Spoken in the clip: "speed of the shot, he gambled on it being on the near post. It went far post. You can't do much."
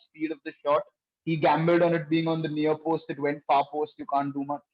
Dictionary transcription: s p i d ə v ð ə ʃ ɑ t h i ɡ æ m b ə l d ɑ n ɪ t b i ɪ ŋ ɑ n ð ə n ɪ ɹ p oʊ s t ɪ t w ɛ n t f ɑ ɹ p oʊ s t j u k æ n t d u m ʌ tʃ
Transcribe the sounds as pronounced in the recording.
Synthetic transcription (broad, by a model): s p i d ə v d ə ʃ ɑ t h i ɡ æ m b ə l d ɑ n ɪ t b i ɪ ŋ ɑ n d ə n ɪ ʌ p oʊ s t ɪ t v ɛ n t f ɑ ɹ p oʊ s t j u k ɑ n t d u m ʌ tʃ